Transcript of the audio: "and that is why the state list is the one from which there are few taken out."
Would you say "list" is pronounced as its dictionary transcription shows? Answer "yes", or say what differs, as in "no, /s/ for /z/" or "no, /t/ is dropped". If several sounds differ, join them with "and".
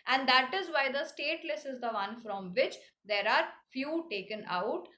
no, /t/ is dropped